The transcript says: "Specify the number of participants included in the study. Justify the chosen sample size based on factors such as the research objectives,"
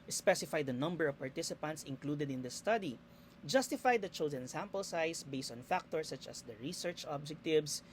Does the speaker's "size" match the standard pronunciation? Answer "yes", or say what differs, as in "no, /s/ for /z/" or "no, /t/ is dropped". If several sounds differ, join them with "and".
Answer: no, /s/ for /z/